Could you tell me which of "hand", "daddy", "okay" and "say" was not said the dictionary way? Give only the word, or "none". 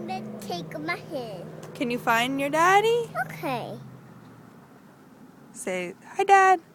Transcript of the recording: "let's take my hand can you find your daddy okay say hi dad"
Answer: hand